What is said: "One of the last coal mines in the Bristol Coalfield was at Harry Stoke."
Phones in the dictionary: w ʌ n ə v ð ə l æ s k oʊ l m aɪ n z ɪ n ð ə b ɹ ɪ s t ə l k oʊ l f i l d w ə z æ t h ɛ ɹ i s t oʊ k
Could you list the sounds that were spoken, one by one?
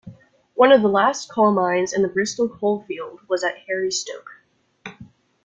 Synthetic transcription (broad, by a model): w ʌ n ə v ð ə l æ s k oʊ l m aɪ n z ɪ n ð ə b ɹ ɪ s t l k oʊ l f i l d w ə z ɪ t h ɛ ɹ i s t oʊ k